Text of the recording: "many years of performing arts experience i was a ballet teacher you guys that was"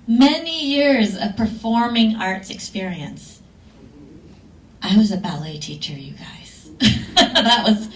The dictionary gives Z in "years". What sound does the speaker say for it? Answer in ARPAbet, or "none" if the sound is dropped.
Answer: Z